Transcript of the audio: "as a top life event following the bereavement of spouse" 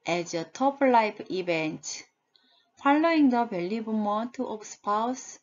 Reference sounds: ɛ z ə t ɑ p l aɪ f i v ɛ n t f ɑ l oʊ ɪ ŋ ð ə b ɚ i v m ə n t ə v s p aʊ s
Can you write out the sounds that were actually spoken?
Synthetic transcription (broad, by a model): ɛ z ə t ɑ p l aɪ p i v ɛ n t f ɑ l oʊ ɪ ŋ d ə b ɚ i b m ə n t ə p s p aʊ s